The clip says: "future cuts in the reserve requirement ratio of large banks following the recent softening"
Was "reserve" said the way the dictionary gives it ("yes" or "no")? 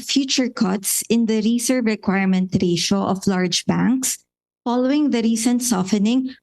no